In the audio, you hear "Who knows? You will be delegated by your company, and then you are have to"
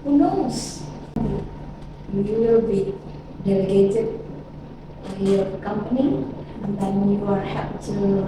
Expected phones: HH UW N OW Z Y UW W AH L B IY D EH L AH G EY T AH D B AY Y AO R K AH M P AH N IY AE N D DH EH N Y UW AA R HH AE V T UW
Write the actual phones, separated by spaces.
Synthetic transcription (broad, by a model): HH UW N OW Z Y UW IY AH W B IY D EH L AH G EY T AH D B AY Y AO K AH M P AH N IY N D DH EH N Y UW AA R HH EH P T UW